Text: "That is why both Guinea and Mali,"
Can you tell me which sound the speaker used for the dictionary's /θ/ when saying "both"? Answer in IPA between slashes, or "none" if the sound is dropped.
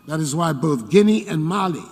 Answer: /θ/